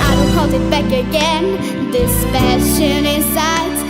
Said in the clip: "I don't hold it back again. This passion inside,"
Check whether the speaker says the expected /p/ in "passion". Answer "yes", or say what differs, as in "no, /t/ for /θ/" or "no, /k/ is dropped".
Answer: no, /f/ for /p/